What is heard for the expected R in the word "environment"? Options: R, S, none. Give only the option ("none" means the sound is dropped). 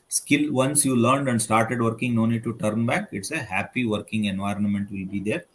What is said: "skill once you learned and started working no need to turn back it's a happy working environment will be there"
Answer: R